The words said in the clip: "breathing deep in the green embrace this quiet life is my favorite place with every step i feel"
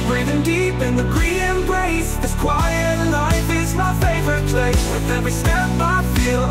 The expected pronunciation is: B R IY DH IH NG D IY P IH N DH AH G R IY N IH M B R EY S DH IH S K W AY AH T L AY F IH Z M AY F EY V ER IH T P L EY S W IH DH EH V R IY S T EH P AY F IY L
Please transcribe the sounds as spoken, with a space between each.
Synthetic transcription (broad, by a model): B R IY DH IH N D IY P IH N DH AH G R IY IH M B R EY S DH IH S K W AY AH T L AY F IH Z M AY F EY V ER IH T P L EY S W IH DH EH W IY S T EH B AY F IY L